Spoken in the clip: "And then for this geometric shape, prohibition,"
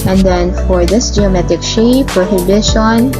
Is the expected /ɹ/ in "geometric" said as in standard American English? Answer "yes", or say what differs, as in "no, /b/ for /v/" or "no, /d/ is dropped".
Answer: no, /ɹ/ is dropped